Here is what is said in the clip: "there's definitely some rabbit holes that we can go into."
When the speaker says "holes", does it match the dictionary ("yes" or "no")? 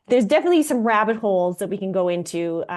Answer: yes